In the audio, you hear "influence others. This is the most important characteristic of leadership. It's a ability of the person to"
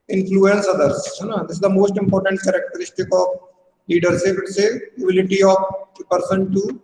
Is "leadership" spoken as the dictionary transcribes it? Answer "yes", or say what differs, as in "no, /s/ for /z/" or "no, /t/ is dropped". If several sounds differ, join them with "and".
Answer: no, /s/ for /ʃ/